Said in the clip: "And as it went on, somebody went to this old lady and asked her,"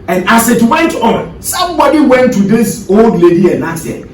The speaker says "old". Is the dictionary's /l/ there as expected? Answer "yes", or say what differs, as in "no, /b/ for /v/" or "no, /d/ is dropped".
yes